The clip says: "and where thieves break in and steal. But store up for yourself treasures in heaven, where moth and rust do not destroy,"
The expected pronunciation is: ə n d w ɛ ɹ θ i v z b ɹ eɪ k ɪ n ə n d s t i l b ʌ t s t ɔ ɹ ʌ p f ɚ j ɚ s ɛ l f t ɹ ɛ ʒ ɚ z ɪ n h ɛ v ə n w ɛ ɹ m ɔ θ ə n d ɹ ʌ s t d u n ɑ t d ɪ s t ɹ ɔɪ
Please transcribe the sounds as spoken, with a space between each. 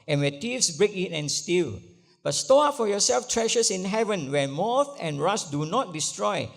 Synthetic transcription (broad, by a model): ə n w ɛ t i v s b ɹ eɪ k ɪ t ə n s t i l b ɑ t s t ɔ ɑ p f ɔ j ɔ s ɛ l f t ɹ ɛ ʃ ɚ s ɪ n h ɛ v ə n w ɛ m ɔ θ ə n ɹ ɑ s d u n ɑ t d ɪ s t ɹ ɔɪ